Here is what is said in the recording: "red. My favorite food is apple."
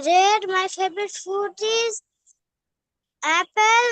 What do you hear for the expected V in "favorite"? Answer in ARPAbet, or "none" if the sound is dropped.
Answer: B